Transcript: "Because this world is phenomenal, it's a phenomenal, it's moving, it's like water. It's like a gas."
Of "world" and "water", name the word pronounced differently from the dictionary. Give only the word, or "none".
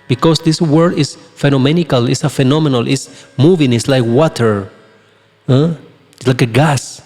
world